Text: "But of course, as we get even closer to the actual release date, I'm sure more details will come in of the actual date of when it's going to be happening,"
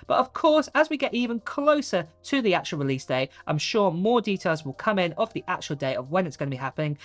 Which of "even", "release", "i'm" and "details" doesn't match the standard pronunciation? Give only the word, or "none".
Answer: none